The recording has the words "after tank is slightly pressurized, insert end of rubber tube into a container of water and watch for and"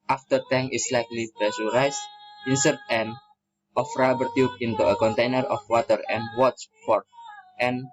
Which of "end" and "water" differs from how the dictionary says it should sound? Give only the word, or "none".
end